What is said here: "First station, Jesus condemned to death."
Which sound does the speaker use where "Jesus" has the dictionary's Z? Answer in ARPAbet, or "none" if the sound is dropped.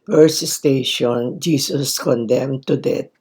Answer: S